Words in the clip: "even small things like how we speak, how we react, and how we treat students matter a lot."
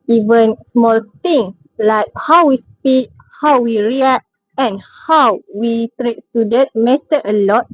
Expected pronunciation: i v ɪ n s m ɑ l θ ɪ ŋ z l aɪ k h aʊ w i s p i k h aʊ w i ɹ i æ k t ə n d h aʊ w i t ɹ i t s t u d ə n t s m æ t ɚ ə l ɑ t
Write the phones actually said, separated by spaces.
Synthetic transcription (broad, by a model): i v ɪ n s m ɑ l t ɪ ŋ l aɪ k h aʊ w i s p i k h aʊ w i ɹ i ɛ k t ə n h aʊ w i t ɹ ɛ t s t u d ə t m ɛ t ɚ ə l ɑ t